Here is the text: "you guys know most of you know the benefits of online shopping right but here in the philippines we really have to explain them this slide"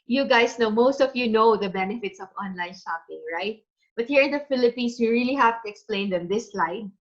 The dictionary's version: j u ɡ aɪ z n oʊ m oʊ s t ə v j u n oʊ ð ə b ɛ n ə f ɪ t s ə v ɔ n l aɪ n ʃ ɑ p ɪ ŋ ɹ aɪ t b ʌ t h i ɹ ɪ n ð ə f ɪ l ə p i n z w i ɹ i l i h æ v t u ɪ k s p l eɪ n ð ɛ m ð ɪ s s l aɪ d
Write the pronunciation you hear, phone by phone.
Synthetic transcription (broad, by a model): j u ɡ aɪ s n oʊ m oʊ s t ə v j u n oʊ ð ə b ɛ n ə f ɪ t s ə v ɔ n l aɪ n ʃ ɑ p ɪ ŋ ɹ aɪ t b ʌ t h i ɹ ɪ n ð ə f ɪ l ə p i n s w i ɹ i l i h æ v t u ɪ k s p l eɪ n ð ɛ m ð ɪ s s l aɪ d